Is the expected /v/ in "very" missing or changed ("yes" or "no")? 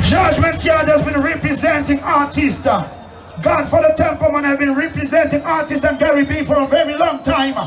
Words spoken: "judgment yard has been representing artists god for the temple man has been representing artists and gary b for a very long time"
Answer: no